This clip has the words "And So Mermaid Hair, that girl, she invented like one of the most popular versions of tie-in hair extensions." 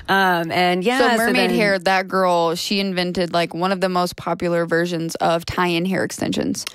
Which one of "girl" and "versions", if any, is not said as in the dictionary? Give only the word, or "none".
none